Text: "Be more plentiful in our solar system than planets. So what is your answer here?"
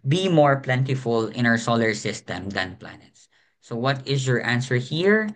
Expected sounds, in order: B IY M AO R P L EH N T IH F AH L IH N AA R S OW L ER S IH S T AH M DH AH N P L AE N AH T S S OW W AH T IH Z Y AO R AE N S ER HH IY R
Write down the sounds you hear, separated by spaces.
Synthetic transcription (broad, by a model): B IY M AO R P L EH N T IH F AH L IH N AA R S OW L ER S IH S T AH M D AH N P L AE N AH T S S OW W AH T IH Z Y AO R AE N S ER HH IY R